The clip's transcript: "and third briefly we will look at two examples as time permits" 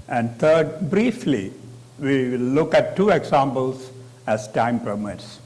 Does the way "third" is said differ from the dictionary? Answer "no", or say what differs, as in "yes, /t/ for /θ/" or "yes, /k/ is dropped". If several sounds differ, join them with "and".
yes, /t/ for /θ/